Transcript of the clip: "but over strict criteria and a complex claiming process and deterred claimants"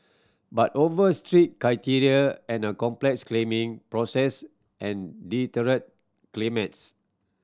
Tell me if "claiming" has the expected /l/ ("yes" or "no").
yes